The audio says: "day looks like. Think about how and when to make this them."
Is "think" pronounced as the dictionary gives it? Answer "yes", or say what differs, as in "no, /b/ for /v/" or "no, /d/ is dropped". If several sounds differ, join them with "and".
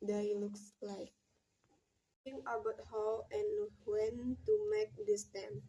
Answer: no, /k/ is dropped